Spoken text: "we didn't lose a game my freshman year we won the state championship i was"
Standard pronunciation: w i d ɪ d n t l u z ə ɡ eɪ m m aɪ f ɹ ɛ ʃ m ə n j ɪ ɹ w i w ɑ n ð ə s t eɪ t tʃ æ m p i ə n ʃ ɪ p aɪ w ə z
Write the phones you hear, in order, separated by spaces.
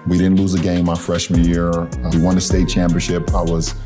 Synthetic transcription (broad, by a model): w i d ɪ d n t l u z ə ɡ eɪ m m aɪ f ɹ ɛ ʃ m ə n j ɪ ɹ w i w ɑ n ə s t eɪ t tʃ æ m p i ə n ʃ ɪ p aɪ w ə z